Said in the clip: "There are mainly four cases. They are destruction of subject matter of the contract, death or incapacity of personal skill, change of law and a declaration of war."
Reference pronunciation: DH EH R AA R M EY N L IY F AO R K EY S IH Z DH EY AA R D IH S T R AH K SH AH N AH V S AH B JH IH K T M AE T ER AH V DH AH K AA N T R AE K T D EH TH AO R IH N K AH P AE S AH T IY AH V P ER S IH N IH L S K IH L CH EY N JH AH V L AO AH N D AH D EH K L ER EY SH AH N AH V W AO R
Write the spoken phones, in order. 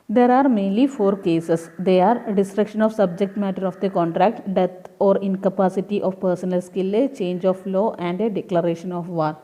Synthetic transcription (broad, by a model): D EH R AA R M EY N L IY F AO R K EY S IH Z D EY AA R D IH S T R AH K SH AH N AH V S AH B JH IH K T M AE T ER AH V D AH K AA N T R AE K T D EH T AO R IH N K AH P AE S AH T IY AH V P ER S IH N IH L S K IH L CH EY N JH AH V L AO AH N D AH D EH K L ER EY SH AH N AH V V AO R